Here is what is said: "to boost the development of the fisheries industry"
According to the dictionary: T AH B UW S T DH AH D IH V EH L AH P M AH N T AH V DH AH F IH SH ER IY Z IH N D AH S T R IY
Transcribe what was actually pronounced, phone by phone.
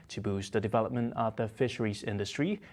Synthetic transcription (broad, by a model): T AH B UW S DH AH D IH V EH L AH P M AH N T AH V DH AH F IH SH ER IY Z IH N D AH S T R IY